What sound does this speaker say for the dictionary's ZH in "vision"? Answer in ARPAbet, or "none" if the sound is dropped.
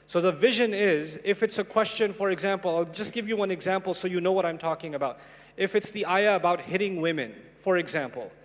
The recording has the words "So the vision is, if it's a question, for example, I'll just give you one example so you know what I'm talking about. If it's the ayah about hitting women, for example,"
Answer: ZH